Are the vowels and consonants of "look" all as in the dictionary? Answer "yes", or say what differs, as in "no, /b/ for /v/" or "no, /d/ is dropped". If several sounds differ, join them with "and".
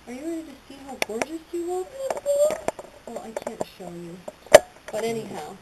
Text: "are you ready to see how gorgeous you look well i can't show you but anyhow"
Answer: no, /w/ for /l/